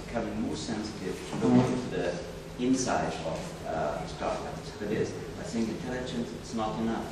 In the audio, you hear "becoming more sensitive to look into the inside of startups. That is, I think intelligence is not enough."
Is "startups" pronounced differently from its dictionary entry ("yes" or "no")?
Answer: yes